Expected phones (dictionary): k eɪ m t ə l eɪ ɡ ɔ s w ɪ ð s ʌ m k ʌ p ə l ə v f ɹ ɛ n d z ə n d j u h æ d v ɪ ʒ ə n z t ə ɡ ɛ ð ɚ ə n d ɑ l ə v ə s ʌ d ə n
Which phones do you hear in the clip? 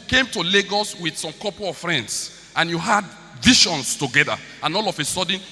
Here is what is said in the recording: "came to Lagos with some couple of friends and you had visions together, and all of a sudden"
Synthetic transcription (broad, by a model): k eɪ m t ə l eɪ ɡ ɔ s w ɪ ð s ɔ m k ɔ p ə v f ɹ ɛ n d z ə n j u h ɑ d v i ʃ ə n s t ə ɡ ɛ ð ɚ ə n ɑ l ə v ə s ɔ d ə n